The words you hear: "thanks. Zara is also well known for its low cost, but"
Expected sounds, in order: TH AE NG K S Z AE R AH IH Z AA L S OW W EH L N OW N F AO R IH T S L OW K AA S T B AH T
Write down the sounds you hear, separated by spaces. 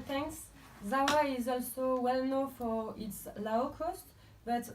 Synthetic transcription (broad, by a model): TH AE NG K S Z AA W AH IH Z AA L S OW W EH L N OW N F AO R IH T S L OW K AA S T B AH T